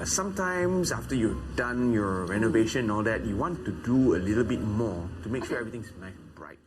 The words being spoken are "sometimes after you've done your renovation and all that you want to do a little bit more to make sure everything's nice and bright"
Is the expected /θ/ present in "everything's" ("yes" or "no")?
no